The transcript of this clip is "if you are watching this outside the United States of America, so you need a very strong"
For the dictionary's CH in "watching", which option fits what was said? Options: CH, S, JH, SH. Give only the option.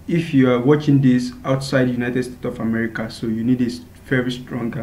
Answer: CH